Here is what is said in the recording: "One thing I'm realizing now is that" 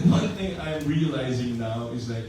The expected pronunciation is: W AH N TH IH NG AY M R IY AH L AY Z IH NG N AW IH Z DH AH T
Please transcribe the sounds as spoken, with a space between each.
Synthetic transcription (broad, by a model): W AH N TH IH NG AY M R IY AH L AY Z IH NG N AW IH Z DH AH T